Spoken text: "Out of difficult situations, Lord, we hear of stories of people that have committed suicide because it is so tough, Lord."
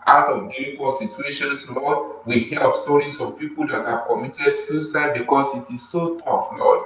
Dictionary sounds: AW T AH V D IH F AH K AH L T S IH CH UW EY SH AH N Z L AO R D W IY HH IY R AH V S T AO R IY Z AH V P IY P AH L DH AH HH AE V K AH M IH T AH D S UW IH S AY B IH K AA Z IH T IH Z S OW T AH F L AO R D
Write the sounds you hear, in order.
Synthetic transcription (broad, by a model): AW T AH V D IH AH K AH S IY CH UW EY SH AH N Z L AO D W IY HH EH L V S T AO R IY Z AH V P IY P AH L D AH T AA K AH M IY T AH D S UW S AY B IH K AA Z IH T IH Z S OW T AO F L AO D